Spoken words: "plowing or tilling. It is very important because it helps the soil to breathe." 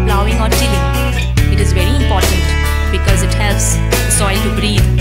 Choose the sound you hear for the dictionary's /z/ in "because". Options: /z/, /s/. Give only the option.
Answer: /z/